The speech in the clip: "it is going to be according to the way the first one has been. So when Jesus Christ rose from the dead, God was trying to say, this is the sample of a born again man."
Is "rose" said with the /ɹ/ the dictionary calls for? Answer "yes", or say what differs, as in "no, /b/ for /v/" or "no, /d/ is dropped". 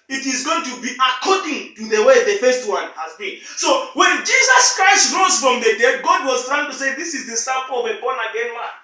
yes